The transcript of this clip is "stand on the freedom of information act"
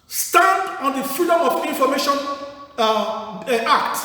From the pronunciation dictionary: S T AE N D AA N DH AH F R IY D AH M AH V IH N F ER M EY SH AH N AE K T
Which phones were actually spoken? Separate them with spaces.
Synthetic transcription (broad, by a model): S T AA N D AA N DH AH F IY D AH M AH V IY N F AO M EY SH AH N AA K T